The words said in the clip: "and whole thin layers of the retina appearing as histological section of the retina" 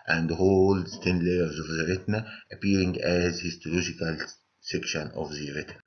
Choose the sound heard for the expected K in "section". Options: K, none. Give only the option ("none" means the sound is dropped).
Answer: K